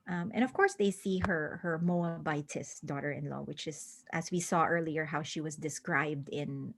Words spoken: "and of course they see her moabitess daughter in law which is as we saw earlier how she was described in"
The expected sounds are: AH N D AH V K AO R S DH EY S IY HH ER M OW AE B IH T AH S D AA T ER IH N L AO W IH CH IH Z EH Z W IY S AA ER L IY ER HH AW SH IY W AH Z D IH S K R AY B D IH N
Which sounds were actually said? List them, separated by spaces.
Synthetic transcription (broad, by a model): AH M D AH V K AO R S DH EY S IY HH ER M OW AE B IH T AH S D AA T ER IH N L AO W IH CH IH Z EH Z W IY S AA ER L IY ER HH AW SH IY W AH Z D IH S K R AY B D IH N